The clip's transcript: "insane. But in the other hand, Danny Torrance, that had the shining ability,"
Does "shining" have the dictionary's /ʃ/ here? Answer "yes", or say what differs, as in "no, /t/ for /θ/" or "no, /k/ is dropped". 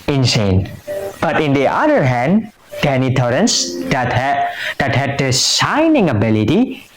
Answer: no, /s/ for /ʃ/